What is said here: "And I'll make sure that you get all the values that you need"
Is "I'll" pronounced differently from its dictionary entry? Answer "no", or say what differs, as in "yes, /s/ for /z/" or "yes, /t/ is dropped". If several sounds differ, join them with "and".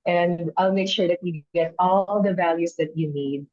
no